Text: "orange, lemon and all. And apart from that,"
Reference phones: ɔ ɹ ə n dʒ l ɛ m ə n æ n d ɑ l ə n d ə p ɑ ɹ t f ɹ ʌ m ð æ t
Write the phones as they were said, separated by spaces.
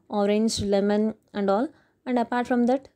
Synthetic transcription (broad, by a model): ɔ ɹ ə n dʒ l ɛ m ə n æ n d ɑ l ə n d ə p ɑ ɹ t f ɹ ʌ m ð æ t